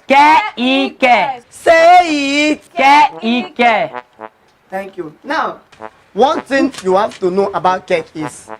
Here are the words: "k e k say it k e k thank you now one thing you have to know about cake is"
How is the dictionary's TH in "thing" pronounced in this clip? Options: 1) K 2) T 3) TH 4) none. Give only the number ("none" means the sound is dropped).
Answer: 2